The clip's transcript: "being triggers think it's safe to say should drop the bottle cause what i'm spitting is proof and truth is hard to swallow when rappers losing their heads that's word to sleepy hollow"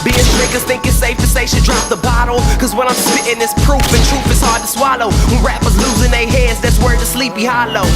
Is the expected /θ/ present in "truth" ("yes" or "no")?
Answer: no